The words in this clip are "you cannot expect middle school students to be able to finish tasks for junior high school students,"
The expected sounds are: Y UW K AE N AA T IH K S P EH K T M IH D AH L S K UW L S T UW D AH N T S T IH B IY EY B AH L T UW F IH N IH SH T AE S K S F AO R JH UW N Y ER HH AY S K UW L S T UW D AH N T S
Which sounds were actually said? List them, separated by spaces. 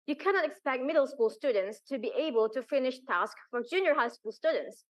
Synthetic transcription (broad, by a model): Y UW K AE N AA T IH K S P EH K T M IH D AH L S K UW L S T UW D AH N T S T IH B IY EY B AH L T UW F IH N IH SH T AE S K F AO R JH UW N Y ER HH AY S K UW L S T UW D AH N T S